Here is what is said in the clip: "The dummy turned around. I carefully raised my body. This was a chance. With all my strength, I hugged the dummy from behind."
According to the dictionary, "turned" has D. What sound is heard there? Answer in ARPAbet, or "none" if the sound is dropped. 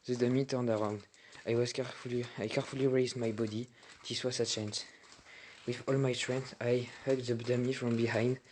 D